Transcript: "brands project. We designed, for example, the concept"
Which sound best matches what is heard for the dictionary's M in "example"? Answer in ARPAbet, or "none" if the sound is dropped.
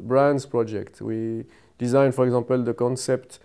none